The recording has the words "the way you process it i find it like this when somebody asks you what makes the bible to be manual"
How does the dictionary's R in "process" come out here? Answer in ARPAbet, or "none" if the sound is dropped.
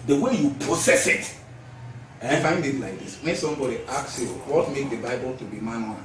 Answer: none